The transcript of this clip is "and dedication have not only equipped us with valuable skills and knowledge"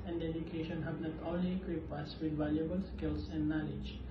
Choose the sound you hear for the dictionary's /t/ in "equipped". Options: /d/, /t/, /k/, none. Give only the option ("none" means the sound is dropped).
none